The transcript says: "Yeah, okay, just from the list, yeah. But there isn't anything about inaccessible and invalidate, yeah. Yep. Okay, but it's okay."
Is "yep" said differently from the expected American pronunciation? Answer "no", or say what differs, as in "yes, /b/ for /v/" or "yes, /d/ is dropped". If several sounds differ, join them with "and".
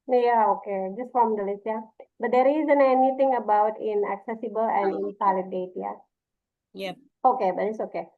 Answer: yes, /p/ is dropped